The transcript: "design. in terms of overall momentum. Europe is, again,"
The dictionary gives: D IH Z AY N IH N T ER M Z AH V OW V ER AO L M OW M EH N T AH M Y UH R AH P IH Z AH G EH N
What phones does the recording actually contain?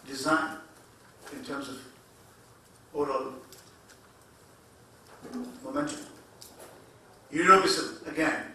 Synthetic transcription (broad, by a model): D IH Z AY N IH N T ER M Z AH V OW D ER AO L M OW M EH N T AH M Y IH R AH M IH S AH G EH N